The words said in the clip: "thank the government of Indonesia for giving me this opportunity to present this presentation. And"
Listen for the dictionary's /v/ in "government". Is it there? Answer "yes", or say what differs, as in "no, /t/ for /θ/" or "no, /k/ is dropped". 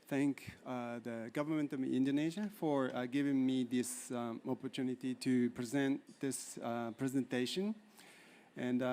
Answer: yes